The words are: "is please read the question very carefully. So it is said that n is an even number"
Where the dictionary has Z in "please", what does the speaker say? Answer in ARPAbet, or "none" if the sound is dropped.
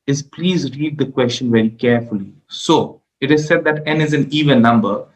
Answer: Z